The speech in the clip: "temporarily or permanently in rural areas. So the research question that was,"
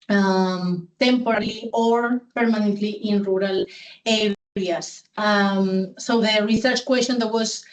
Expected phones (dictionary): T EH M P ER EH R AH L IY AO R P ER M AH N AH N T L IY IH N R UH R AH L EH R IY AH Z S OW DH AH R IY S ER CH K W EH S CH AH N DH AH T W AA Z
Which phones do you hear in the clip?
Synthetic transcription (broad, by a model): T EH M P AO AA R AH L IY AO R P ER M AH N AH N T L IY IH N R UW R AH L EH R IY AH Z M OW DH AH R IY S ER CH K W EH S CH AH N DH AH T W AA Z